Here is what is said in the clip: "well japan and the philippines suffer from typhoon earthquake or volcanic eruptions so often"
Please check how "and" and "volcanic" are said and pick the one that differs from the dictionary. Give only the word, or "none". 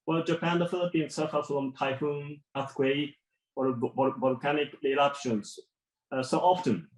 volcanic